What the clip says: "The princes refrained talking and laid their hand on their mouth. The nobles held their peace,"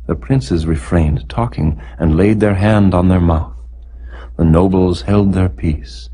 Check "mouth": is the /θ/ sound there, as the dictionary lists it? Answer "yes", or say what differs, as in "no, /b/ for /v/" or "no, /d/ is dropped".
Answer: yes